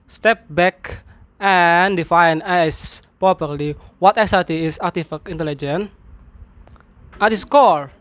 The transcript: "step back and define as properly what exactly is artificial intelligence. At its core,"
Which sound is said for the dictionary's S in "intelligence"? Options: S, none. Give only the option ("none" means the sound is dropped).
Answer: none